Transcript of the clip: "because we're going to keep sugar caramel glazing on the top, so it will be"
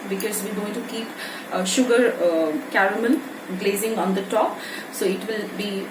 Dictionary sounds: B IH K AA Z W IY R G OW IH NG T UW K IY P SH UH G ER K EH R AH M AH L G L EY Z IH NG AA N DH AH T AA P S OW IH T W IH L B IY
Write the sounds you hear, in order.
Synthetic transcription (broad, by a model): B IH K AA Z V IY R G OW IH NG T UW K IY P SH UH G ER K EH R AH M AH N G L EY Z IH NG AA N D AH T AA P S OW IH T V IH L B IY